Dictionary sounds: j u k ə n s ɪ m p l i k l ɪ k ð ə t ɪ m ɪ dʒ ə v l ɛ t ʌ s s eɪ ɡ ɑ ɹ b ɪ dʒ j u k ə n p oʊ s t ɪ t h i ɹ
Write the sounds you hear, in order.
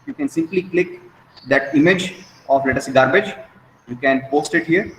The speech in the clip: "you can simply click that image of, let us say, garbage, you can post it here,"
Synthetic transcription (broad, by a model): j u k ə n s ɪ m p l i k l ɪ k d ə t ɪ m ɪ dʒ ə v l ɛ t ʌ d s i ɡ ɑ ɹ b ɪ dʒ j u k ə n p oʊ s t ɪ t h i ɹ